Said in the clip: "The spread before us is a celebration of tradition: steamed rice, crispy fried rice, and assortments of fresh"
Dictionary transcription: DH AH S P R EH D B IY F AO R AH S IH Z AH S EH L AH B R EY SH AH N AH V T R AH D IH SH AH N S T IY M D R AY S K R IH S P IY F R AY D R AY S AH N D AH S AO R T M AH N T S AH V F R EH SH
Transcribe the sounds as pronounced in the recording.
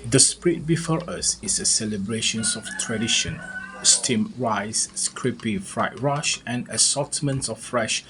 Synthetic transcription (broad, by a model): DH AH S P R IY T B IY F AO R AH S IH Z AH S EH L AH B R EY SH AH N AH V T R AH D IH SH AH N S T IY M R AY S K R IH P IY F R AY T R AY SH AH N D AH S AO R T M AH N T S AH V F R EH SH